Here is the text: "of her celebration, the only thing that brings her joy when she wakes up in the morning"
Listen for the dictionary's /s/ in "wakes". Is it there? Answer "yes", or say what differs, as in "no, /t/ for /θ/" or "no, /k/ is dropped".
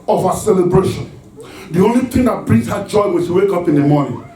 no, /s/ is dropped